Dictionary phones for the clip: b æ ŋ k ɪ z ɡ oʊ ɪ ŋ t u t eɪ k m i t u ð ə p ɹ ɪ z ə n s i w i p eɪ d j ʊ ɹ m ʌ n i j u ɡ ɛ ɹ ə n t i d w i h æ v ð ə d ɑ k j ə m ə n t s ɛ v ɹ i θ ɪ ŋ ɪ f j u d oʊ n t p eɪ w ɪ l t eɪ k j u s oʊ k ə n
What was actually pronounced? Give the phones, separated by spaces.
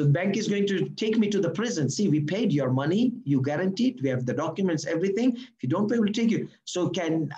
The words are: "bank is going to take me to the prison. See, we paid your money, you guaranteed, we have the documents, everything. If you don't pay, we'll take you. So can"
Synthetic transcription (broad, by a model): b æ ŋ k ɪ z ɡ oʊ ɪ ŋ t u t eɪ k m i t u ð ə p ɹ ɪ z ə n s i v i p eɪ d j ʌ ɹ m ʌ n i j u ɡ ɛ ɹ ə n t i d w i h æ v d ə d ɑ k j ə m ə n t s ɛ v ɹ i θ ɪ ŋ ɪ f j u d oʊ n t b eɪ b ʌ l t eɪ k j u s oʊ k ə n